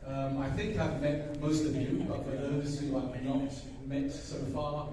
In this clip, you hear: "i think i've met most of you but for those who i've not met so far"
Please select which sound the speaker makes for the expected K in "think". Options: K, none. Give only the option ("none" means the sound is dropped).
K